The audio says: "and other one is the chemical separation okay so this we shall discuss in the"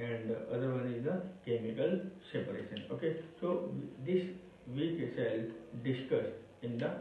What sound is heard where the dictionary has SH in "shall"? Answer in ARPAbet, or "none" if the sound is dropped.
S